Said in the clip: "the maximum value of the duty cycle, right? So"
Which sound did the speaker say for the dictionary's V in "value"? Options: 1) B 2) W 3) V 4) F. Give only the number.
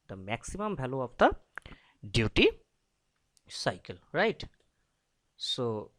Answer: 1